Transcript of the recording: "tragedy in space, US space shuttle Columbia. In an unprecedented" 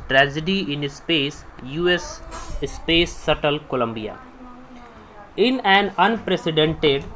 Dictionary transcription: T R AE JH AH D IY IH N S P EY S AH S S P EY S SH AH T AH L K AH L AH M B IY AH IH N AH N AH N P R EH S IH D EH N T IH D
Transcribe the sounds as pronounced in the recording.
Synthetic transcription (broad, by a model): T R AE JH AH D IY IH N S P EY S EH S S P EY S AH T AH L K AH L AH M B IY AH IH N AH N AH N P R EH S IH D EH N T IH D